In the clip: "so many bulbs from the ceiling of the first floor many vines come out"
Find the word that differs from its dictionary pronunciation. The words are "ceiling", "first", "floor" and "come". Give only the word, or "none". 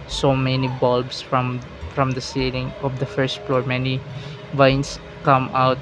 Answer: none